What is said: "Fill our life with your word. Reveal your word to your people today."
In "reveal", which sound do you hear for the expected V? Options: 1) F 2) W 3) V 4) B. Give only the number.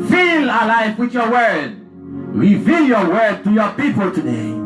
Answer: 3